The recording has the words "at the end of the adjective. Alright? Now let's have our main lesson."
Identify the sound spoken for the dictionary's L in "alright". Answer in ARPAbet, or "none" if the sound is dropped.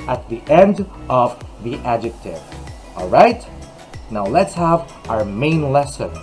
L